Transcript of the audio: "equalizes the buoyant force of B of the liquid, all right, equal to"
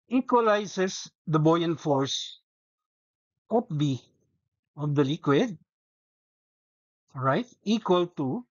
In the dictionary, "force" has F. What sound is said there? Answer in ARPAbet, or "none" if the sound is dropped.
F